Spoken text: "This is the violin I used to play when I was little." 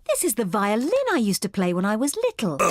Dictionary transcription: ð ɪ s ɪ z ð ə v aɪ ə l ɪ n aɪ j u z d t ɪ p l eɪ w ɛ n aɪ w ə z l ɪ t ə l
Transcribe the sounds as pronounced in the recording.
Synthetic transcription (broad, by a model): ð ɪ s ɪ z ð ə v aɪ ə l ɪ n aɪ j u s t ɪ p l eɪ w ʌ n aɪ w ə z l ɪ t l